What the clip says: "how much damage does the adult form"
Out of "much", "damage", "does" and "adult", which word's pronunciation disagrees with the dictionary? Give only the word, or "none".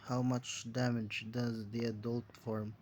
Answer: none